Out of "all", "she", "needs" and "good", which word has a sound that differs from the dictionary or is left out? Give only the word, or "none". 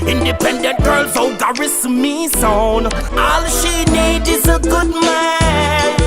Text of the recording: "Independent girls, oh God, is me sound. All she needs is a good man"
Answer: needs